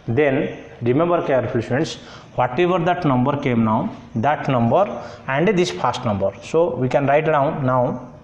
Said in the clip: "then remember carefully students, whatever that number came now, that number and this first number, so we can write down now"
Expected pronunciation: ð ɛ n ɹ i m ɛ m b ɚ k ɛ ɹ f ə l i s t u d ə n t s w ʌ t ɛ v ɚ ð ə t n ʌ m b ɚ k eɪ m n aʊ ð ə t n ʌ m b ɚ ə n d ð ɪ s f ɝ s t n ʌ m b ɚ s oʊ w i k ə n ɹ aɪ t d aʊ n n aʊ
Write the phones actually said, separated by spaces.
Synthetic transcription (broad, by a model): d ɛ n ɹ i m ɛ m b ɚ k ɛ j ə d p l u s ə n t s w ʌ t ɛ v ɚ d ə t n ʌ m b ɚ k eɪ m n aʊ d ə t n ʌ m b ɚ ə n d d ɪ s p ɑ s t n ʌ m b ɚ s oʊ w i k ə n ɹ aɪ t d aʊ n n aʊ